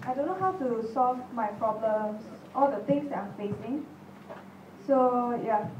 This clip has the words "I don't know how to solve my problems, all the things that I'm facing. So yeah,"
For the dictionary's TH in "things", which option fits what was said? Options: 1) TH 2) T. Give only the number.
2